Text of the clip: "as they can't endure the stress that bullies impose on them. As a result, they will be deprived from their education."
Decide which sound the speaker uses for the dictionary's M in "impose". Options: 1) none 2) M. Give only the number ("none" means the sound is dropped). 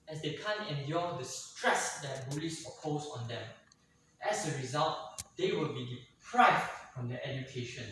1